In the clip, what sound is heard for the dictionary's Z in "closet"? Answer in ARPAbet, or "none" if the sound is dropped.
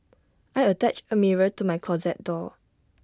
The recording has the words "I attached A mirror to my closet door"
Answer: Z